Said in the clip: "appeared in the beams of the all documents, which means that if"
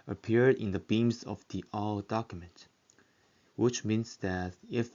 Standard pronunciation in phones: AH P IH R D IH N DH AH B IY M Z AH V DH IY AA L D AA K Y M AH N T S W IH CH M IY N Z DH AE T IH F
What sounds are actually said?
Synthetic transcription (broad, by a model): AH P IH R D IH N DH AH B IY M Z AH V DH IY AA L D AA K Y M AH N T W IH CH M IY N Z DH AE T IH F